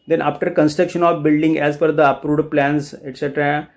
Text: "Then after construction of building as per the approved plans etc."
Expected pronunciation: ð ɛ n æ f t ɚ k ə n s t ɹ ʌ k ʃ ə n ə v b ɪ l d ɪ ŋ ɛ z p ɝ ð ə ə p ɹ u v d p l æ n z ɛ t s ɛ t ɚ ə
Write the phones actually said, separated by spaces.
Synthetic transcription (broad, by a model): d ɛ n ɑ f t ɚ k ə n s t ɹ ʌ k ʃ ə n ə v b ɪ l d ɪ ŋ ɛ z f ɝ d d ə p ɹ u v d p l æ n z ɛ t s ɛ t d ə